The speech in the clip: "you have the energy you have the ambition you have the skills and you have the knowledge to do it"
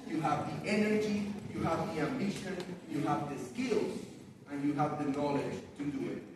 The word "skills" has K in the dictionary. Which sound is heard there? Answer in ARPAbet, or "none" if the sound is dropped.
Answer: K